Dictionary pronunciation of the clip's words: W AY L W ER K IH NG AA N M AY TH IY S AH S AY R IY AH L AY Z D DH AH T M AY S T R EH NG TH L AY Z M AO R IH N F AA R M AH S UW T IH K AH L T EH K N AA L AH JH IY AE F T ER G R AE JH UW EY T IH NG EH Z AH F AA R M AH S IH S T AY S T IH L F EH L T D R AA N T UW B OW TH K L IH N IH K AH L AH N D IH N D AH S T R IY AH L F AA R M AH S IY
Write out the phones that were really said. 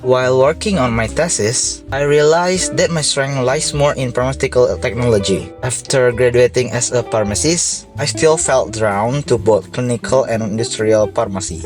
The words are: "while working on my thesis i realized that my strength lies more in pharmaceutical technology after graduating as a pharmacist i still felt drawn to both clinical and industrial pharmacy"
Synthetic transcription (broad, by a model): W AY L W ER K IH NG AA N M AY T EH S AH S AY R IY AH L AY S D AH T M AY S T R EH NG L AY S M AO R IH N P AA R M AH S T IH K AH L T EH K N AA L AH JH IY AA F T ER G R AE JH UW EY T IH NG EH S AH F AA R M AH S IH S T AY S T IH L F EH L T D R AA N T UW B OW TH K L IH N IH K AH L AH N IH N D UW S T R IY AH L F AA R M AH S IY